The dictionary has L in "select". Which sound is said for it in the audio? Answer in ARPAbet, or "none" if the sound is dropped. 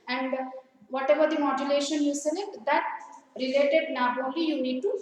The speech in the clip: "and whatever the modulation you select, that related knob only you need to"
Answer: N